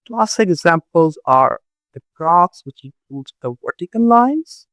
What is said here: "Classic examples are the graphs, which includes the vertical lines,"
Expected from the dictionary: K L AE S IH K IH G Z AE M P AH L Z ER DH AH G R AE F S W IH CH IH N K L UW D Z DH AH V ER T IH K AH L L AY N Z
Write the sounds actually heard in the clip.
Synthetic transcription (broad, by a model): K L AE S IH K IH G Z AE M P AH L Z ER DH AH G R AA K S W IH CH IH K UW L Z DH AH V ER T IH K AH N L AY N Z